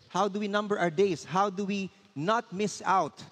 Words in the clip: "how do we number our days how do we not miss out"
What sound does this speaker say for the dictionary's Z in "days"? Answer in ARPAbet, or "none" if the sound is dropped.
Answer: S